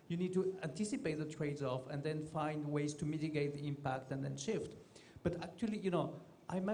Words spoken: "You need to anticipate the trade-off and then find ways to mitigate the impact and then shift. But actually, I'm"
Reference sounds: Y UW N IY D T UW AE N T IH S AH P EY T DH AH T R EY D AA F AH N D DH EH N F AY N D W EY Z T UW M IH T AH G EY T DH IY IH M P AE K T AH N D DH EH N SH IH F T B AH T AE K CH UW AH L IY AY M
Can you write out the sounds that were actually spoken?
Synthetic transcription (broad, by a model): Y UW N IY D T UW AE N T IH S AH P EY T DH AH T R EY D AA F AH N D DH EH N F AY N D W EY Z T UW M IH T AH G EY T DH IY IH M P AE K T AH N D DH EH N SH IH F T B AH T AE K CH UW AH N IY AY M